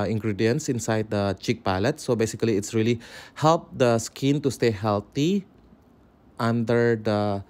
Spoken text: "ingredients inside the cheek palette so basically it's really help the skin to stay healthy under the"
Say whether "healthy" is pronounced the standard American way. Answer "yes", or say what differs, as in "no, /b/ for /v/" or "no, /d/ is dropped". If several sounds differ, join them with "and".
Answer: no, /t/ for /θ/